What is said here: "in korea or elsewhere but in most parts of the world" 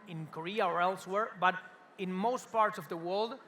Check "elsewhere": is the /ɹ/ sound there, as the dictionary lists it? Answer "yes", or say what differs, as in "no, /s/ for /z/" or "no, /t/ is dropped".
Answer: yes